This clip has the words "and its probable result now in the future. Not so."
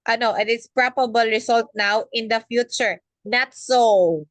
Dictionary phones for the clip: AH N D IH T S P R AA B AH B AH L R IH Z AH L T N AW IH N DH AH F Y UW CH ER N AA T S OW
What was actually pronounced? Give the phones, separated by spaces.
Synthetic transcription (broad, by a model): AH N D IH T S P R AA B AH B AH L R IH S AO L T N AW IH N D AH F Y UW CH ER N AA T S OW